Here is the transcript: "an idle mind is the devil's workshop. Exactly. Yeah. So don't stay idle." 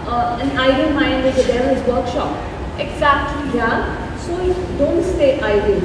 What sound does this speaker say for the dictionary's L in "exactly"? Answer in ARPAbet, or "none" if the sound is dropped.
L